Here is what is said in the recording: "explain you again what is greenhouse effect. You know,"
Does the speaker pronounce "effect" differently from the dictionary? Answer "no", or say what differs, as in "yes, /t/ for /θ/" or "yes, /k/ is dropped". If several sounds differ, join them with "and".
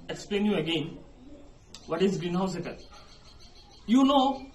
yes, /k/ is dropped